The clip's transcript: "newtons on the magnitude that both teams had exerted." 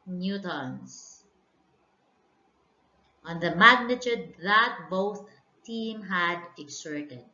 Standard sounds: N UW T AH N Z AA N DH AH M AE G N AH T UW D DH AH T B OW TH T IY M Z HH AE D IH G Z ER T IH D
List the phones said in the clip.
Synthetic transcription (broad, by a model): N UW T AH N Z AA N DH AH M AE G N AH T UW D DH AH T B OW TH T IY M HH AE D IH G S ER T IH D